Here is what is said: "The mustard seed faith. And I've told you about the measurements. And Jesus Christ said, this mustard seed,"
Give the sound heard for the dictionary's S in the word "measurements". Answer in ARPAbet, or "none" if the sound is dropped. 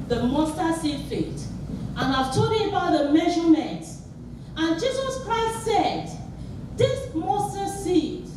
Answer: none